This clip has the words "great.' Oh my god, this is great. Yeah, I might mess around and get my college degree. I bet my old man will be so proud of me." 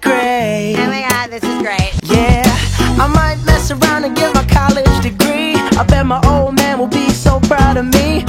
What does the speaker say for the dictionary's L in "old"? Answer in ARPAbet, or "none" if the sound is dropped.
L